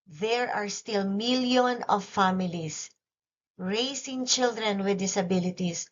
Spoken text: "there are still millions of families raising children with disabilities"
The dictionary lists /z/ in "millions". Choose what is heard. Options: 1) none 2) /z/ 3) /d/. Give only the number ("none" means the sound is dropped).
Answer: 1